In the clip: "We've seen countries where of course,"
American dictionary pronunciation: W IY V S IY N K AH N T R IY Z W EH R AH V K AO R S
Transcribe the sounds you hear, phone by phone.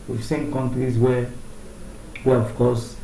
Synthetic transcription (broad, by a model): W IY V S IY N K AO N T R IY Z W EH W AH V K AO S